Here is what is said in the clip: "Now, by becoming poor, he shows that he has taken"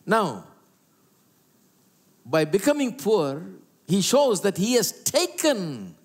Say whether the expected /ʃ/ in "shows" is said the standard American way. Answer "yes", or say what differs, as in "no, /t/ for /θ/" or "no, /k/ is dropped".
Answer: yes